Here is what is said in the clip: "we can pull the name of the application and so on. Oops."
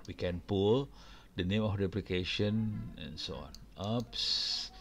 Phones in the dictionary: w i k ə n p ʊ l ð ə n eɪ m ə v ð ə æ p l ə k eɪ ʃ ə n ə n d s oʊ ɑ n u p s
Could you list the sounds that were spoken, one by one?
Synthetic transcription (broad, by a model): w i k ə n p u l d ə n eɪ m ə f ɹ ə p l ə k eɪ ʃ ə n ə n s oʊ ɑ n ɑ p s